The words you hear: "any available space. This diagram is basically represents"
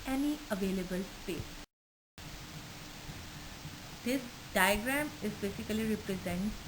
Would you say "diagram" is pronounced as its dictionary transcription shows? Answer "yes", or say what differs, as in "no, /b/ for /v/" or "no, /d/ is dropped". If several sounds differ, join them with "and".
yes